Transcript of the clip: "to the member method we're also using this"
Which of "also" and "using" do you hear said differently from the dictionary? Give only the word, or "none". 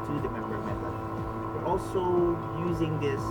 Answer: none